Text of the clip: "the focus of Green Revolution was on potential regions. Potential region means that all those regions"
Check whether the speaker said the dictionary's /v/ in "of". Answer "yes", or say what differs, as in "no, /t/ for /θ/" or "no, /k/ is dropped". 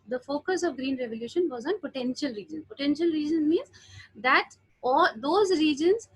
yes